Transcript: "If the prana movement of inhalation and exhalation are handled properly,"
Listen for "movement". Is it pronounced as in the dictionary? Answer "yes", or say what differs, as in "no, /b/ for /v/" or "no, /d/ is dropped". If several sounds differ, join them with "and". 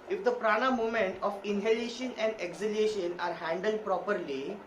no, /v/ is dropped